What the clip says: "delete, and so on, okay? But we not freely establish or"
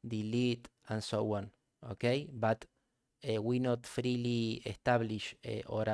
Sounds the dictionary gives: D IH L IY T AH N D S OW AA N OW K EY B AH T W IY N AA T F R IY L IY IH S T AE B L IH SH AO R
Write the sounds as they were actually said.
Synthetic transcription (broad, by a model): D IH L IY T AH N S OW AA N OW K EY B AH T W IY N AA T F R IY L IY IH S T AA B L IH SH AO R